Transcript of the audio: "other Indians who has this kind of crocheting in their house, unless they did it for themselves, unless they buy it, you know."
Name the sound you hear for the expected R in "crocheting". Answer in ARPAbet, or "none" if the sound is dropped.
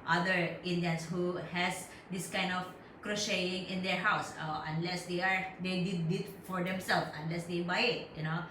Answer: R